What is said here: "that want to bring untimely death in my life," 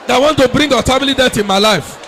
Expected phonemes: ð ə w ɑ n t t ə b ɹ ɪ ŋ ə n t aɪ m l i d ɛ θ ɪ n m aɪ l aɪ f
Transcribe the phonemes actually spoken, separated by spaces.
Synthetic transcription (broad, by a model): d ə w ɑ n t t ə b ɹ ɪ ŋ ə t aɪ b l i d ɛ t ɪ n m aɪ l aɪ f